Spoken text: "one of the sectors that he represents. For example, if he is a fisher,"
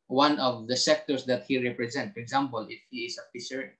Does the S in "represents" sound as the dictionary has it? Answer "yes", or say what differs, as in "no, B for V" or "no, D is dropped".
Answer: no, S is dropped